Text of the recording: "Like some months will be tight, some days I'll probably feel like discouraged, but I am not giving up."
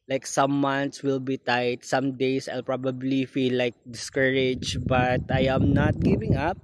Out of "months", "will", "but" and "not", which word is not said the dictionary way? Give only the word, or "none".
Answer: months